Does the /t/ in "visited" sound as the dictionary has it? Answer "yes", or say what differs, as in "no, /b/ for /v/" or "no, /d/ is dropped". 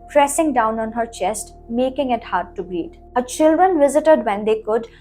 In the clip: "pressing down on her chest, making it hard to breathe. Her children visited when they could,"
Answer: yes